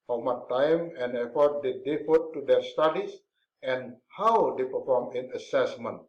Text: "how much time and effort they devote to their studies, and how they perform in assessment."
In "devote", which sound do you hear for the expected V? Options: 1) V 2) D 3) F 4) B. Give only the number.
3